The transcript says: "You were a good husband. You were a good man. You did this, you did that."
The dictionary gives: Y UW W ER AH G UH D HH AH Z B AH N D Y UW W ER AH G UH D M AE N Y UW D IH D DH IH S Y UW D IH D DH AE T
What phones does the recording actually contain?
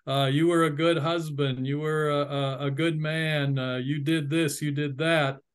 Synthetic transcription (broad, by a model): Y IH W ER AH G UH D HH AH Z B AH N D Y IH W ER AH G UH D M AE N Y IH D IH D DH IH S Y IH D IH D DH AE T